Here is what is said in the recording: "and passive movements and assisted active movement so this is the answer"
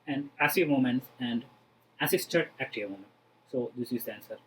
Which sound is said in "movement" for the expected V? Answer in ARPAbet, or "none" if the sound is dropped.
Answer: none